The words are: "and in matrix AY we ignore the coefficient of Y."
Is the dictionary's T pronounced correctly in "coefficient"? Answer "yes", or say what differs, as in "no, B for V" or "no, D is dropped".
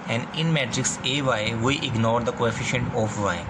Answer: yes